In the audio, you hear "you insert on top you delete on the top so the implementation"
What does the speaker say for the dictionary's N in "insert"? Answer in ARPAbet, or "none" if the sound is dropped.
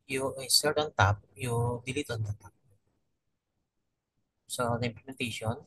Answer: none